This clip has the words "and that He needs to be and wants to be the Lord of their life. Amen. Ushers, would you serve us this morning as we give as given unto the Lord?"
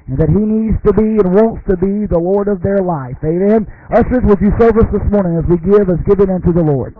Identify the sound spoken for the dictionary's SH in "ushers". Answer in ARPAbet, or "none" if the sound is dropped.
S